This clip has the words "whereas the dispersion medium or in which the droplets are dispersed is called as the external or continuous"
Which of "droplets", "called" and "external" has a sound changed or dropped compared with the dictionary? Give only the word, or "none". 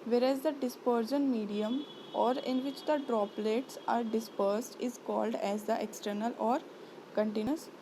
none